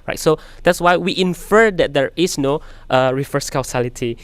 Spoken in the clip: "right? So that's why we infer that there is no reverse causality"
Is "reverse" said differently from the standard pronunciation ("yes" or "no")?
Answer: yes